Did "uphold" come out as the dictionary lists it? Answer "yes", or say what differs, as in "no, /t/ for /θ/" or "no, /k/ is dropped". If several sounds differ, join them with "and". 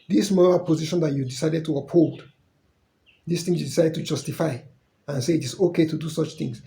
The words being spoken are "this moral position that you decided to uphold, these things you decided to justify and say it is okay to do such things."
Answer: yes